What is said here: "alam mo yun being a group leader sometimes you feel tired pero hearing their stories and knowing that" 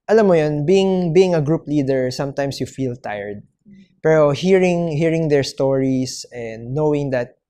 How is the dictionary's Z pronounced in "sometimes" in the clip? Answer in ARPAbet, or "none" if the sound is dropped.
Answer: S